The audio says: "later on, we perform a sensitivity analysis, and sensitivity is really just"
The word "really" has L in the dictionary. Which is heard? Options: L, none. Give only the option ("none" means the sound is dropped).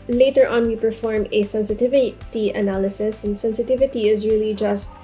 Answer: L